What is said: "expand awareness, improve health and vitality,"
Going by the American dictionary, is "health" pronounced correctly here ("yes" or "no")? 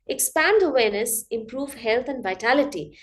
no